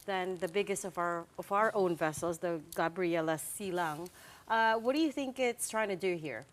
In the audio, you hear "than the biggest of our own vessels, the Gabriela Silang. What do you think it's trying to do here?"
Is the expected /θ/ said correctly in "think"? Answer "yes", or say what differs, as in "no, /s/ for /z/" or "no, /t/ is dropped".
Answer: yes